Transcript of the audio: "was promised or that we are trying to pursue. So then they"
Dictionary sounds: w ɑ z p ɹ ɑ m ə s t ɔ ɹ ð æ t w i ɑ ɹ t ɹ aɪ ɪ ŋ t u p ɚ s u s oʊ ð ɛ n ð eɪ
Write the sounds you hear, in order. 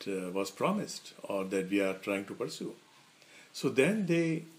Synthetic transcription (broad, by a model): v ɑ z p ɹ ɑ m ə s t ɔ ɹ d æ t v i ɑ ɹ t ɹ aɪ ɪ ŋ t u p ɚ s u s oʊ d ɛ n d eɪ